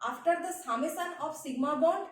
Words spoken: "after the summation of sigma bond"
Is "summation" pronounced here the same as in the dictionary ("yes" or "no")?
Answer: no